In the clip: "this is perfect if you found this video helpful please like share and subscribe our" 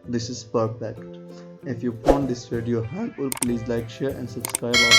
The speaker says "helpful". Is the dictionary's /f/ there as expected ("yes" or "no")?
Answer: no